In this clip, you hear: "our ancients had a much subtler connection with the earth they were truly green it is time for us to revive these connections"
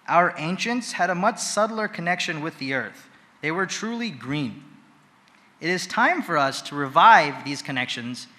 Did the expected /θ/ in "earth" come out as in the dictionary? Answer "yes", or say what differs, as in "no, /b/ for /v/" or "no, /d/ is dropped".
yes